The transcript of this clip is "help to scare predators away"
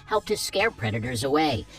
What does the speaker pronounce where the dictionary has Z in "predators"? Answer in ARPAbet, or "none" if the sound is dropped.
Z